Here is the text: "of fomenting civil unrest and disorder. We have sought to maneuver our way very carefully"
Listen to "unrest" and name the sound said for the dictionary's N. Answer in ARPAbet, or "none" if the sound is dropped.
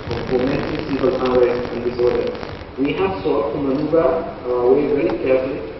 none